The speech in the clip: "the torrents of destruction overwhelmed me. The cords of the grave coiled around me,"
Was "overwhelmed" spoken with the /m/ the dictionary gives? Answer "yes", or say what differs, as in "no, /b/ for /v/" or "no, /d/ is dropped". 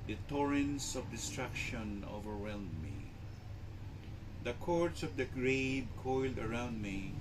no, /m/ is dropped